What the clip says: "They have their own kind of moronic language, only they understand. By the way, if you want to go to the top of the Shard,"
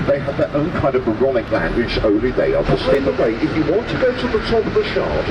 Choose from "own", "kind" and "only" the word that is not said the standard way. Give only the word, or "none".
only